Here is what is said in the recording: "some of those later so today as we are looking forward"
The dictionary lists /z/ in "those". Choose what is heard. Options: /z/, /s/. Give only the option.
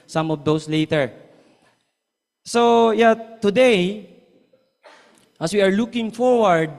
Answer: /s/